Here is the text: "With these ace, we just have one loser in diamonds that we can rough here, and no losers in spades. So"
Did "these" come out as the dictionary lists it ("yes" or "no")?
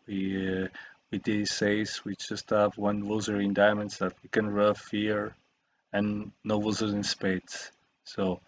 no